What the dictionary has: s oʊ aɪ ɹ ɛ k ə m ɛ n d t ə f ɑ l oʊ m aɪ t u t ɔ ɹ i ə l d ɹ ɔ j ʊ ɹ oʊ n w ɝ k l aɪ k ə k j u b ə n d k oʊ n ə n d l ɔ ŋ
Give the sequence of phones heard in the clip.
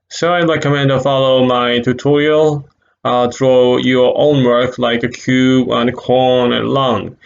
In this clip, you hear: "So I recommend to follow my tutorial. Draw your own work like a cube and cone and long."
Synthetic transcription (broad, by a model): s oʊ aɪ l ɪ k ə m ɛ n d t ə f ɑ l oʊ m aɪ t u t ɔ ɹ i ə l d ɹ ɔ j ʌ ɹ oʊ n w ɝ k l aɪ k ə k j u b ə n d k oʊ n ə n l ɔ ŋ